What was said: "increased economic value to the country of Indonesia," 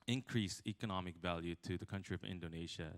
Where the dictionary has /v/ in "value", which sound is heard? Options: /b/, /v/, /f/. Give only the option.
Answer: /v/